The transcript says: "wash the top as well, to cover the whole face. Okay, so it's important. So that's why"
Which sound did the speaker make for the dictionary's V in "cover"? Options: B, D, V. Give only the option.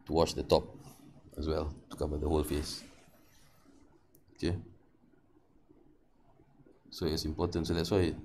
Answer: B